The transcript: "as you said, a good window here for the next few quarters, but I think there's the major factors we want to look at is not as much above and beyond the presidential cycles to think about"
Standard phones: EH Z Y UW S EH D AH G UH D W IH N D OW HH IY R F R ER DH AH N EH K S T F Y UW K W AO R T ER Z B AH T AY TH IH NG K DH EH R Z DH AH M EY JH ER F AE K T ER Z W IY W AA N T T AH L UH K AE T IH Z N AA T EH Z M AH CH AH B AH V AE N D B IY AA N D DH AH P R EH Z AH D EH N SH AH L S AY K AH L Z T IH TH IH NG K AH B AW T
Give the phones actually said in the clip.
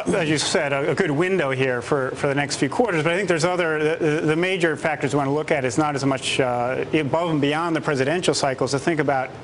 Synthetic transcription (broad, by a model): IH Z Y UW S EH D AH G UH D W IH N D OW HH IY R F R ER DH AH N EH K S T F Y UW K W AO R T ER Z B AH T AY TH IH NG K DH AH R Z DH AH M EY JH ER F AE K T ER Z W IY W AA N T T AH L UH K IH T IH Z N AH T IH Z M AH CH B AH V N B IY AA N DH AH P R EH Z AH D EH N SH L S AY K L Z T IH TH IH NG K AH B AW T